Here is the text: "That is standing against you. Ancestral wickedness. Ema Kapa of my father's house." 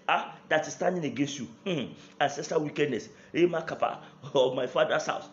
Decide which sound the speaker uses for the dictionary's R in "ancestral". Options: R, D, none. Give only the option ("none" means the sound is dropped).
none